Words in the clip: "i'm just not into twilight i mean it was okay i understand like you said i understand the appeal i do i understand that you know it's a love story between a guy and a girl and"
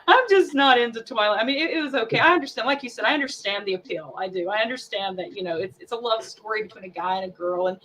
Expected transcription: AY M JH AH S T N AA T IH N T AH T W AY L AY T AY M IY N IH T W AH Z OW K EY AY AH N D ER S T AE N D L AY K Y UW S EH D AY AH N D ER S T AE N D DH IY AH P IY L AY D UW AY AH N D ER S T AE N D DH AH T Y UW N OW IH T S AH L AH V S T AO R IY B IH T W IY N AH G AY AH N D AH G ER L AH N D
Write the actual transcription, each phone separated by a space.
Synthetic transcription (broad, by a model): AY M JH AH S N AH T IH N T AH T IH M AY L AY M IY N IH T W AH Z OW K EY AY AH N D ER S T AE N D L AY K Y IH S EH D AY AH N D ER S T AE N DH IY AH P IY L AY D UW AY AH N D ER S T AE N DH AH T Y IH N OW IH T S AH L AH V S T AO R IY B IH T W IY N AH G AY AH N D AH G ER L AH N